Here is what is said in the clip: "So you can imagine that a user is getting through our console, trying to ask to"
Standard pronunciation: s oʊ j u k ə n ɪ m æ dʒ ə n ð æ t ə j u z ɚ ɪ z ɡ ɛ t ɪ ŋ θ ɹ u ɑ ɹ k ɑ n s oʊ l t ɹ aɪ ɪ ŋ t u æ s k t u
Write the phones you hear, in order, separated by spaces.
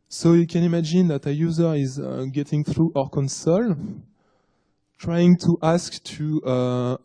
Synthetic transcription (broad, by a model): s oʊ j u k ə n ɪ m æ dʒ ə n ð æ t ə j u z ɚ ɪ z ɡ ɛ t ɪ ŋ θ ɹ u ɑ ɹ k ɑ n s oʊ l t ɹ aɪ ɪ ŋ t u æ s k t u